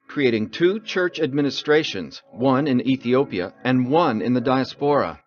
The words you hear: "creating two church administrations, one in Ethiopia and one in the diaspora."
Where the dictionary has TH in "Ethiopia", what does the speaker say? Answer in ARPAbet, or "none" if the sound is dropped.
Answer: TH